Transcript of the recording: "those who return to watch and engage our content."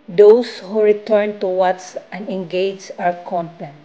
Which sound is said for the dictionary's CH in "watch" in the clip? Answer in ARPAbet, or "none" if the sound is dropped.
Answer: S